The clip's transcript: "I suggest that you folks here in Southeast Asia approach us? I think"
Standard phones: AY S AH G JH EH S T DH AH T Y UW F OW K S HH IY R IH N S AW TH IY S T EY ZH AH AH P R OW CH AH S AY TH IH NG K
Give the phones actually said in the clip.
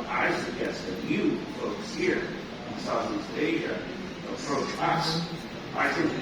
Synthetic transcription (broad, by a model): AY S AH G EH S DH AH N Y UW F OW K S HH IY R IH N S AW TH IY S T EY ZH AH AH P R OW CH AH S AY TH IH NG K